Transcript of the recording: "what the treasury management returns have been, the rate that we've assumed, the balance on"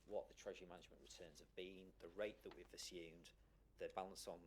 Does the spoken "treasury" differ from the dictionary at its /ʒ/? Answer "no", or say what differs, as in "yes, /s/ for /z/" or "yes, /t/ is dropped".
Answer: no